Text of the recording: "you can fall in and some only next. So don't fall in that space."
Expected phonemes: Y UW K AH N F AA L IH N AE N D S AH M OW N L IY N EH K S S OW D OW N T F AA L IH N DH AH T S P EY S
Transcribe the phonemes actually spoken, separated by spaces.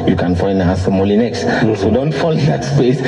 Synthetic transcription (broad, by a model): Y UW K AH N F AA IH N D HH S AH M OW L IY N EH K S S OW D OW N T F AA IH N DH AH T S P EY S